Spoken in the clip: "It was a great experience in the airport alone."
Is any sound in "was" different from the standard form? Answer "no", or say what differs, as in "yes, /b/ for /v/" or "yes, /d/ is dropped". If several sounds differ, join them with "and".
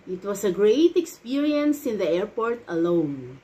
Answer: yes, /s/ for /z/